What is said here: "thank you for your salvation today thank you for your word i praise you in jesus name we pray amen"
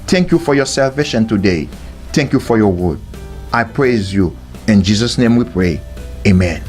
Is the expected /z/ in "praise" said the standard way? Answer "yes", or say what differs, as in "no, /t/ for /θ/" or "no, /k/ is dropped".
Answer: yes